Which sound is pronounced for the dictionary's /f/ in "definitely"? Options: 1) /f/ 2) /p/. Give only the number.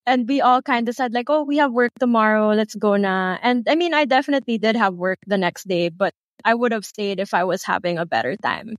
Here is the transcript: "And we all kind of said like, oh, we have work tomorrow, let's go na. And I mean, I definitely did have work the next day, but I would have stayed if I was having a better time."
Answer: 1